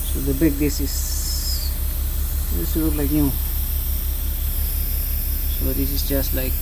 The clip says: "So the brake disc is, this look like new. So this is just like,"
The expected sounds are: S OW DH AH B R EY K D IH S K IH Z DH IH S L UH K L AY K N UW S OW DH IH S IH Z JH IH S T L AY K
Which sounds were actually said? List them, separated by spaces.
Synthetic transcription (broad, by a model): S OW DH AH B EY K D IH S IH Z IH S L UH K L AY K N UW S OW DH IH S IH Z JH IH S T L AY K